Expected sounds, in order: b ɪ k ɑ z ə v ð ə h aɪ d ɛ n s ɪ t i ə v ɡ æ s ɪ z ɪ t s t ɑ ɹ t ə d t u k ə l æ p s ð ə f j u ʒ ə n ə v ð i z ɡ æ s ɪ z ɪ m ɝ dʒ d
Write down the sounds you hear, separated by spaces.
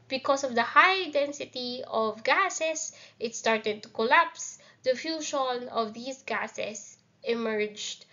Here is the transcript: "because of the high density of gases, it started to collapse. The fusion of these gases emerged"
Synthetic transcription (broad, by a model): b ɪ k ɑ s ə v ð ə h aɪ d ɛ n s ɪ t i ə v ɡ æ s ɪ s ɪ t s t ɑ ɹ t ə d t u k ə l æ p s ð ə f j u ʃ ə n ə v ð i s ɡ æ s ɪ s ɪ m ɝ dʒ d